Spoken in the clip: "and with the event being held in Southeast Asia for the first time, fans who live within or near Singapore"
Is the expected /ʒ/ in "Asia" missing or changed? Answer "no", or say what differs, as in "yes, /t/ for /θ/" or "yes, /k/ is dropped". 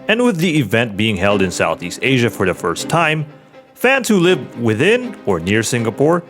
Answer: no